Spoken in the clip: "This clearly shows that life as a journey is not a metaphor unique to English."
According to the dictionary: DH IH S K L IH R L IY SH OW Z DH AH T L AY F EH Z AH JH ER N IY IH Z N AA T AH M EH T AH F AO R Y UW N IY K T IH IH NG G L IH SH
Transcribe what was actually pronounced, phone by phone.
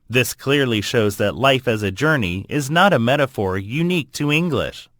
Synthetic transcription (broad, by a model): DH IH S K L IH R L IY SH OW Z DH AH T L AY F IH Z AH JH ER N IY IH Z N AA T AH M EH T AH F AO R Y UW N IY K T IH IH NG G L IH SH